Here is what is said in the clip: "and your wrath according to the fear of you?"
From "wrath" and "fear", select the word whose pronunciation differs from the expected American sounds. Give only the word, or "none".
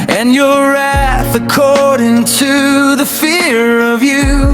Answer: none